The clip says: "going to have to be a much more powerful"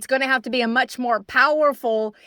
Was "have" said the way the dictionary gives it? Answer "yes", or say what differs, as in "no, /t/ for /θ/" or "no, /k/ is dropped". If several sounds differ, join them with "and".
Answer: no, /f/ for /v/